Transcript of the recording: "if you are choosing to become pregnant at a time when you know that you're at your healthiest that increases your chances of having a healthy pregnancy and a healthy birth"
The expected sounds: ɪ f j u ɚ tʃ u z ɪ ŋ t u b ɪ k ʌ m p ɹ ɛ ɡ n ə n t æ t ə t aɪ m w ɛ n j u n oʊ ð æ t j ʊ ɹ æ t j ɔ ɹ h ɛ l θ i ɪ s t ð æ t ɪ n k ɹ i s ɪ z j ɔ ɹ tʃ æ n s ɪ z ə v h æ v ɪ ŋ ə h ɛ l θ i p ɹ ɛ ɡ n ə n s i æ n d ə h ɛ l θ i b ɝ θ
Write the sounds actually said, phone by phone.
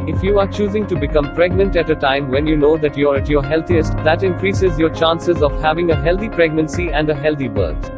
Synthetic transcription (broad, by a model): ɪ f j u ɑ tʃ u z ɪ ŋ t u b ɪ k ʌ m p ɹ ɛ ɡ n ə n t æ t ə t aɪ m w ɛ n j u n oʊ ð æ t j ɹ æ t j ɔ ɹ h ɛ l t i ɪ s t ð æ t ɪ n k ɹ i s ɪ z j ɔ ɹ tʃ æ n s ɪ z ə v h æ v ɪ ŋ ə h ɛ l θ i p ɹ ɛ ɡ n ə n s i æ n d ə h ɛ l t i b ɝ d